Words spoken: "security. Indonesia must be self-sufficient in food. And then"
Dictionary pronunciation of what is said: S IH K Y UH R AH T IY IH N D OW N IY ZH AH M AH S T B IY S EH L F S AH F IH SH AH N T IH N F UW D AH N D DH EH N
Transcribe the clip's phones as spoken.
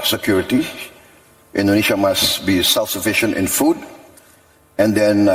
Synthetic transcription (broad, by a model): S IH K Y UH R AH T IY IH N D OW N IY SH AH M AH S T B IY S EH L F S AH F IH SH AH N T IH N F UW D AH N D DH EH N